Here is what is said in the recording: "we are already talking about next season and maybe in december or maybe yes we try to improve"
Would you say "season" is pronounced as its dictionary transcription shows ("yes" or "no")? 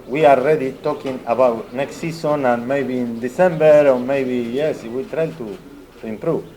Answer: no